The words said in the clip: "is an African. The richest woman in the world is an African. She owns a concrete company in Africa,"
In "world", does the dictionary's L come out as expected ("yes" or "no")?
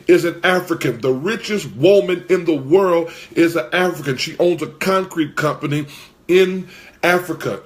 yes